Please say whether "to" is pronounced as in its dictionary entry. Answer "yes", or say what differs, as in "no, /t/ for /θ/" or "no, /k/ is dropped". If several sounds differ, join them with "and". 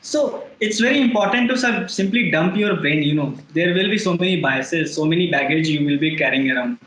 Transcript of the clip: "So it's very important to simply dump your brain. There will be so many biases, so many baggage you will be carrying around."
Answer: no, /s/ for /t/